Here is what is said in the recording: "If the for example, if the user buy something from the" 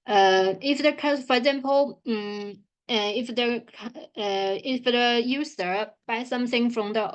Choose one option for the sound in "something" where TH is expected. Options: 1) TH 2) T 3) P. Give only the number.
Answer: 1